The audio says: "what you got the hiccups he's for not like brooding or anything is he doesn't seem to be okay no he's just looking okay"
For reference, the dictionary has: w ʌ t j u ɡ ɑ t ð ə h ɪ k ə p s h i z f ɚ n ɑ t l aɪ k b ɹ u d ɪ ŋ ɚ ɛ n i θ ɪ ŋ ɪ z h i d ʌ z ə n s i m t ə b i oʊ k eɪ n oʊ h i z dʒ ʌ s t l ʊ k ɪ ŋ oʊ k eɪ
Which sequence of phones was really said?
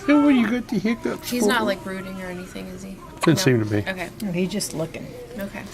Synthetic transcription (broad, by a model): w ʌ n j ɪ ɡ ɑ t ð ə h ɪ k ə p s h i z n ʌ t l aɪ k ɹ u d ɪ ŋ ɚ ɛ n i θ ɪ ŋ ɪ z i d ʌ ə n s i m t ə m i oʊ k eɪ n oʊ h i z dʒ ʌ s t l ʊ k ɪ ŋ oʊ k eɪ